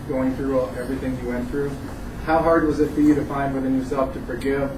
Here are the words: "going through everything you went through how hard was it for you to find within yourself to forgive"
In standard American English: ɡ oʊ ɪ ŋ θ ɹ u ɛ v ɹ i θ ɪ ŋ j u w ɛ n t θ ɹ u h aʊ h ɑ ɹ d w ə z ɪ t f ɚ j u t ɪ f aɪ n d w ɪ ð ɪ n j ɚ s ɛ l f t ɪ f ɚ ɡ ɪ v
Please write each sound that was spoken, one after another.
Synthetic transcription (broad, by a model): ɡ oʊ ɪ ŋ θ ɹ u ɛ v ɹ i θ ɪ ŋ j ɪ w ɛ n θ ɹ u h aʊ h ɑ ɹ d w ə z ɪ t f ɚ j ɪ t ɪ f aɪ n d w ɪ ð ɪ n j ɚ s ɛ l f t ɪ f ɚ ɡ ɪ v